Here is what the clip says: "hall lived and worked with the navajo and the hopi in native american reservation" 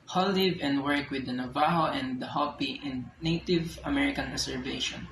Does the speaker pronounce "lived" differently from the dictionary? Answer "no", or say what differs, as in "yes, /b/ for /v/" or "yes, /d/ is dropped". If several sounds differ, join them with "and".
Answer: yes, /d/ is dropped